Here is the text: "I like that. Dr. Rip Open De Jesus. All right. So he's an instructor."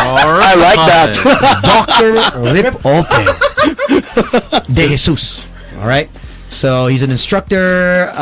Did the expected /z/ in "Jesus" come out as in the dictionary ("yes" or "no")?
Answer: no